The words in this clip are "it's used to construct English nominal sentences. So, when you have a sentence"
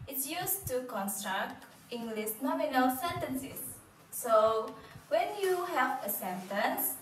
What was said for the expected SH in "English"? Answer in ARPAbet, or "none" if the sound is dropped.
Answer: S